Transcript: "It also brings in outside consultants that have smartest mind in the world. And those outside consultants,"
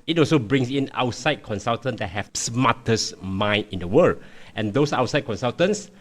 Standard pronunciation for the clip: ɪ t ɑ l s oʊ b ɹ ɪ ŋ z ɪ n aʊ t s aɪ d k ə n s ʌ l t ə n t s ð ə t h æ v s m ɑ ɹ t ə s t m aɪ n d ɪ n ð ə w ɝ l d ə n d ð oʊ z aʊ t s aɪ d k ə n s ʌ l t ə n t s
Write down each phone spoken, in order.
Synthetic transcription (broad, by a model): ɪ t ɑ l s oʊ b ɹ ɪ ŋ s ɪ n aʊ t s aɪ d k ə n s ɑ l t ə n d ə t h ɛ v s m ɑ t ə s m aɪ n ɪ n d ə w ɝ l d ə n d oʊ s aʊ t s aɪ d k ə n s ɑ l t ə n s